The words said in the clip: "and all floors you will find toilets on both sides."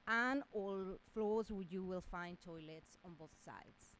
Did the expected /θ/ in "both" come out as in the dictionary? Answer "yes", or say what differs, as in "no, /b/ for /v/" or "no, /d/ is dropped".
yes